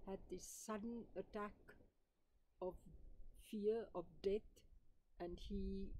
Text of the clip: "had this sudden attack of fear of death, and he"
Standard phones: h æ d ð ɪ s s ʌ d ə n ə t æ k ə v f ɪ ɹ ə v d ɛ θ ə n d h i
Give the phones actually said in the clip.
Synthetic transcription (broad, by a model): h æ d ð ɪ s s ʌ d ə n ə t æ k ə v f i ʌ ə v d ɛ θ ə n d h i